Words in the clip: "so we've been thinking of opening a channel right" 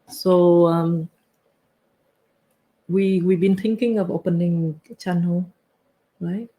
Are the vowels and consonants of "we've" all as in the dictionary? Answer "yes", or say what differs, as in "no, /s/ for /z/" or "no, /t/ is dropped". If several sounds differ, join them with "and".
no, /w/ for /v/